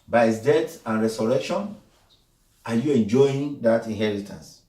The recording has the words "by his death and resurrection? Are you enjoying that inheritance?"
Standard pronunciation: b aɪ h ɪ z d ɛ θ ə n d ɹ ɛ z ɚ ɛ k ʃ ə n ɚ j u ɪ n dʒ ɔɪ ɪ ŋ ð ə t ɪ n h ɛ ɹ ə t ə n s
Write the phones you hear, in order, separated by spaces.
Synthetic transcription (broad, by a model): b aɪ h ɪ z d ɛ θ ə n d ɹ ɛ s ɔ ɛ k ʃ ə n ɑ j u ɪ n dʒ ɔɪ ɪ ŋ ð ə t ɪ n h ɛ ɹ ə t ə n s